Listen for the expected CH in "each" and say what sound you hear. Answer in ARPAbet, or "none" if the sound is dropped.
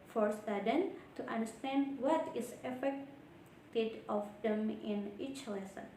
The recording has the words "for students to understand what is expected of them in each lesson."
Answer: CH